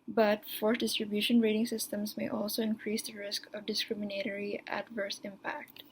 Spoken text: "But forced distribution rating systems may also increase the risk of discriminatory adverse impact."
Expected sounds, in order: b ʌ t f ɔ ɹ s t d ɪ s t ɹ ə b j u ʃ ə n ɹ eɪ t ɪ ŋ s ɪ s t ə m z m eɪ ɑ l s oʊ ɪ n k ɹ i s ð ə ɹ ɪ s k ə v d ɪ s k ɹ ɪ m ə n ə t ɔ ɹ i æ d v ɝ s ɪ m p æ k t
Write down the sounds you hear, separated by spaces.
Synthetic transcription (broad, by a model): b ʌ t f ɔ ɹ t d ɪ s t ɹ ə b j u ʃ ə n ɹ eɪ t ɪ ŋ s ɪ s t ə m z m eɪ ɑ l s oʊ ɪ n k ɹ i s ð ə ɹ ɪ s k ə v d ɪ s k ɹ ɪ m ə n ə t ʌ ɹ i æ d v ɝ s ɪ m p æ k t